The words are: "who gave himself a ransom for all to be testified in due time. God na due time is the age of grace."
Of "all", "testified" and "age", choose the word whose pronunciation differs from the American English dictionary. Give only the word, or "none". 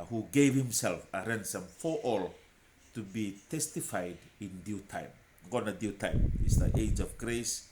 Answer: none